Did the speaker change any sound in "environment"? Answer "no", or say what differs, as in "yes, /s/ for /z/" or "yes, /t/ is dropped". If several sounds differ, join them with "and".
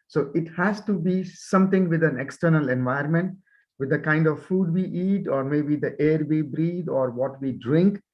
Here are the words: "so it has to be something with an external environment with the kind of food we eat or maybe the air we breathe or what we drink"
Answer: yes, /ɹ/ is dropped